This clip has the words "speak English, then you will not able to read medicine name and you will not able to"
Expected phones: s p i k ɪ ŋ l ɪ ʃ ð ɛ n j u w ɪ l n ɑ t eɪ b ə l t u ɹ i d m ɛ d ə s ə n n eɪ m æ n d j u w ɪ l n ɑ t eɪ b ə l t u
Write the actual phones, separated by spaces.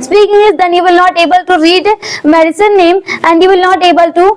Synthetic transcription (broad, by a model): s p i k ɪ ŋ ɪ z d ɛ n j u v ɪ l n ɑ t eɪ b ə l t u ɹ i d m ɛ d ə s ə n n eɪ m æ n d j u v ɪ l n ɑ t eɪ b ə l t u